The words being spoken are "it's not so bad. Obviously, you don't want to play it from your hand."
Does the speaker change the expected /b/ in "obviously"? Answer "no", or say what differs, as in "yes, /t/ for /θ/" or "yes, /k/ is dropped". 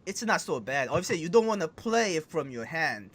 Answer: yes, /b/ is dropped